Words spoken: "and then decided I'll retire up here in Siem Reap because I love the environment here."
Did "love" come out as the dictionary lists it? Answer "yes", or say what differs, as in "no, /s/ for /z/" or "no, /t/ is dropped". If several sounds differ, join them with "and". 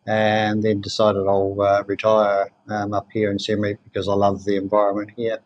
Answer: yes